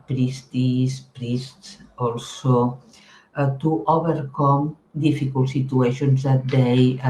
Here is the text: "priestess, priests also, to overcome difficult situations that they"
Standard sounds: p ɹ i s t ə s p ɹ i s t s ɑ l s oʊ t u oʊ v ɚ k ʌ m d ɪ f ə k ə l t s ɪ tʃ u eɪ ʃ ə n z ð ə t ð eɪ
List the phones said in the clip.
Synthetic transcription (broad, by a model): p ɹ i s t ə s p ɹ i s t s ɑ l s oʊ t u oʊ b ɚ k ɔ m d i f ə k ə l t s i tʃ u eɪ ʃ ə n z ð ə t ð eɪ